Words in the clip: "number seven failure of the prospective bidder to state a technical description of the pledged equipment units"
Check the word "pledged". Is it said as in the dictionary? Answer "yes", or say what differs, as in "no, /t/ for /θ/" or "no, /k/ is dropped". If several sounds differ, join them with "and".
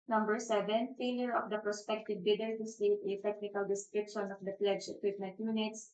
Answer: no, /d/ is dropped